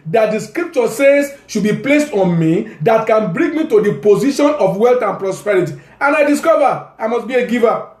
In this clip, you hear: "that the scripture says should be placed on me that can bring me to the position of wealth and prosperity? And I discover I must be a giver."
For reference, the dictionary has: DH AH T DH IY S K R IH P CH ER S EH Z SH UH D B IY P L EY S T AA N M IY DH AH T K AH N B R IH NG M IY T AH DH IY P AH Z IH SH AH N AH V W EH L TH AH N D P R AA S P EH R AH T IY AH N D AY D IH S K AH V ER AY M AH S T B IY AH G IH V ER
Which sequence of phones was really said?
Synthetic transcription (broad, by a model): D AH T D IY S K R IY P CH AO S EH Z SH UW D B IY P L EY S T AA N M IY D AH T K AH N B R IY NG M IY T AH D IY P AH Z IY SH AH N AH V W EH L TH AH N P R AA S P EH R AH T IY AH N AY D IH S K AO V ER AY M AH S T B IY AH G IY V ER